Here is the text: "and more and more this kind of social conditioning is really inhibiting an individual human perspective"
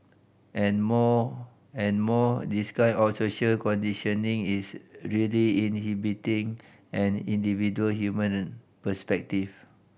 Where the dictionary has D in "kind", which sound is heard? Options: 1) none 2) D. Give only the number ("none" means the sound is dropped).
1